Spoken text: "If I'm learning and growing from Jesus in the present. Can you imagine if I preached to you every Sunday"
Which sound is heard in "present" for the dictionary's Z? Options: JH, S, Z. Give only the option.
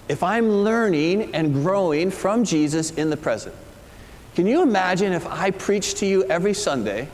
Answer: Z